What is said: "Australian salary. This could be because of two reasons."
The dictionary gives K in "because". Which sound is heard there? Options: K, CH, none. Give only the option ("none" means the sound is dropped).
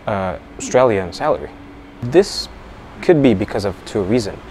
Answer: K